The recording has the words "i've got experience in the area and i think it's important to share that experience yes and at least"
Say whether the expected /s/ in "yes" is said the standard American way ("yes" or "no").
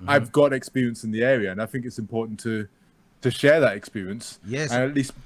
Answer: no